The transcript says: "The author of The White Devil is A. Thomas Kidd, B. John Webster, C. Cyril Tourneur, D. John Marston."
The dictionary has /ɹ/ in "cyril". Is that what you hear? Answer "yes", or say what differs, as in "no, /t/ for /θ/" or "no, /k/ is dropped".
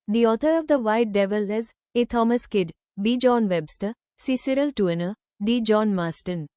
yes